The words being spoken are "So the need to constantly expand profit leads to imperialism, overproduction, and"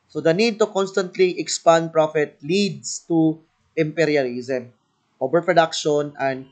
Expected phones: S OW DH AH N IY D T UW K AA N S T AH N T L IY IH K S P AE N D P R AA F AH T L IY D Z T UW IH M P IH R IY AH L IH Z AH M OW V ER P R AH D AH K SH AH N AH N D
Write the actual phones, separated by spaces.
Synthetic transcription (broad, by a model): S OW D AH N IY D T UW K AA N S T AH N T L IY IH K S P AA N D P R AA F AH T L IY D S T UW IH M P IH R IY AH L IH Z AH M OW B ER P R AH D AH K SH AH N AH N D